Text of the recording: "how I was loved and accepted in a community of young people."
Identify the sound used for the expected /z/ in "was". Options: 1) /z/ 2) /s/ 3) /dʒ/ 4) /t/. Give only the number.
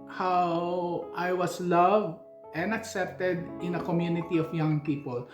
2